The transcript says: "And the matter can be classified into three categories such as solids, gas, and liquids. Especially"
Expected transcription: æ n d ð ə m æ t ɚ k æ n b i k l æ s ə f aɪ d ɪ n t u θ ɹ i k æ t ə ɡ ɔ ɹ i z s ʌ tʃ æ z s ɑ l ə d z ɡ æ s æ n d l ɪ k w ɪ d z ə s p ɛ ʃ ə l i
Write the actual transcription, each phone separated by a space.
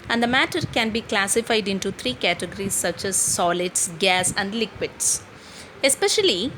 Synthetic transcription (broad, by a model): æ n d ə m æ t ɚ k æ n b i k l æ s ə f aɪ d ɪ n t u t ɹ i k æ t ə ɡ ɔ ɹ i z s ʌ tʃ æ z s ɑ l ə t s ɡ æ s æ n d l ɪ k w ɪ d s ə s p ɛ ʃ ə l i